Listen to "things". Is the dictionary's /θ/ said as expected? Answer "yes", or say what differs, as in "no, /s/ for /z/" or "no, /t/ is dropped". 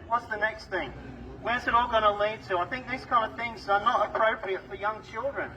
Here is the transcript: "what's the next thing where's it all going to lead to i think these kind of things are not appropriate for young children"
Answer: yes